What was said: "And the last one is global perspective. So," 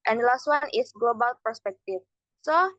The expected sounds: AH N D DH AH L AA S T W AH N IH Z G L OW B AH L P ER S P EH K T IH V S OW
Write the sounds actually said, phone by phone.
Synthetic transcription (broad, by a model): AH N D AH L AA S T W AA N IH S G L OW B AH L P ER S P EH K T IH F S OW